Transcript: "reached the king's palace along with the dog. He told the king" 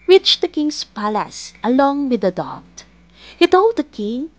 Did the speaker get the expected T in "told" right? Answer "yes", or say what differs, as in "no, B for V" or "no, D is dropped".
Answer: yes